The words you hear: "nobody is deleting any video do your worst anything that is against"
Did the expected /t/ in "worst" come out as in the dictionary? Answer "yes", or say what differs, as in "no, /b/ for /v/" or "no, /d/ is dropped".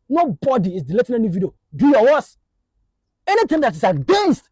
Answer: no, /t/ is dropped